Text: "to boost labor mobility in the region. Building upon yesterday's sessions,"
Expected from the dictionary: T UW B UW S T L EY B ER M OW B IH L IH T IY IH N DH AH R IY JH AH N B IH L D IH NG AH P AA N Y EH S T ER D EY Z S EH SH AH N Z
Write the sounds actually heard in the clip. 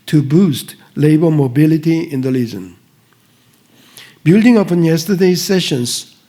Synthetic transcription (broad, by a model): T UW B UW S T L EY B ER M OW B IH L IH T IY IH N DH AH L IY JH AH N B IH L D IH NG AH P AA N Y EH S T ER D EY S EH SH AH N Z